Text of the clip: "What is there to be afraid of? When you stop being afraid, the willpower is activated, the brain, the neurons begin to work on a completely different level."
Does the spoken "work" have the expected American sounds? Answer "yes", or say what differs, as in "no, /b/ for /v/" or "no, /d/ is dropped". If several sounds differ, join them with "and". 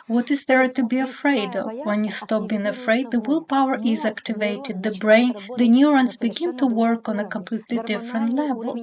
yes